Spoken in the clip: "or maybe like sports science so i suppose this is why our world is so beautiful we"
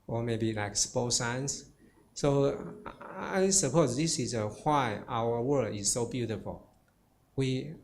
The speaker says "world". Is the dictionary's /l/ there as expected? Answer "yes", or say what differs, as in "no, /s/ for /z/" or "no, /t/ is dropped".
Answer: no, /l/ is dropped